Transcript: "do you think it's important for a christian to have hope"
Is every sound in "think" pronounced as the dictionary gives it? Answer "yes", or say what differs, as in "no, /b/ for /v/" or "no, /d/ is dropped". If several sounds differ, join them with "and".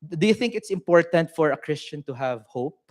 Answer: yes